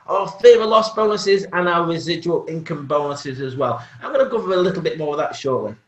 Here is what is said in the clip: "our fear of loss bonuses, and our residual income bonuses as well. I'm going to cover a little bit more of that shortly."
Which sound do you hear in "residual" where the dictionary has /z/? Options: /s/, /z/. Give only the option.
/z/